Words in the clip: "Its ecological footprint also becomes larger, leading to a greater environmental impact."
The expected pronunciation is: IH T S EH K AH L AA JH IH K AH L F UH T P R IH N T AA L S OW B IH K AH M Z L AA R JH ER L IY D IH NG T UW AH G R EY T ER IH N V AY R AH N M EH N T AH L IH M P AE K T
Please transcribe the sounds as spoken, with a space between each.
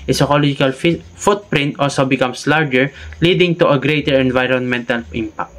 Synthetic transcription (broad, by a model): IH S EH K AH L AA JH IH K AH L F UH T P R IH N T AA L S OW B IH K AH M S L AA R JH ER L IY D IH NG T UW AH G R EY T ER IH N V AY R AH N M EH N T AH L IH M P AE K T